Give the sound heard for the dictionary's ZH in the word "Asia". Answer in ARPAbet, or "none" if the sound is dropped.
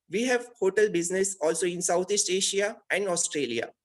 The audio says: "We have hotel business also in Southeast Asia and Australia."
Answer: SH